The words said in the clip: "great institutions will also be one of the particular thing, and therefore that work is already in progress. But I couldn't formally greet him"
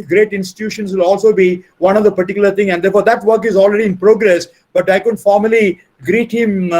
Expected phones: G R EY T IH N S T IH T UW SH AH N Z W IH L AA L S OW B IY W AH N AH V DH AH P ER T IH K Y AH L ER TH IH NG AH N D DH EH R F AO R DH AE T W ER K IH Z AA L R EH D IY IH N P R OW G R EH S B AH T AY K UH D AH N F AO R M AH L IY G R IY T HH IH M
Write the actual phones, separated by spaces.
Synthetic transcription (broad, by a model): G R EY T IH N S T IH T UW SH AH N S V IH L AA L S OW B IY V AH N AH V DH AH P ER T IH K Y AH L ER T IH NG AH N D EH R F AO R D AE T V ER K IH Z AA L R EH D IY IH N P R OW G R EH S B AH T AY K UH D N F AO R M AH L IY G R IY T HH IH M